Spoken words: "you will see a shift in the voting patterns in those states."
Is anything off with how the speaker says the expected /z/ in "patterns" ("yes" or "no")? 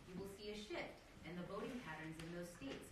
no